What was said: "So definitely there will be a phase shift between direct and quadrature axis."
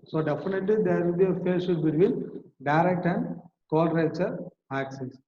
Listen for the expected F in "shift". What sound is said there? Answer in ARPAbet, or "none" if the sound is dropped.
none